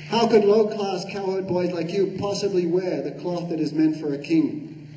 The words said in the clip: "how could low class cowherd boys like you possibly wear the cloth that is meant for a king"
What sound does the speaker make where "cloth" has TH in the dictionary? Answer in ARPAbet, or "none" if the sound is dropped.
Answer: TH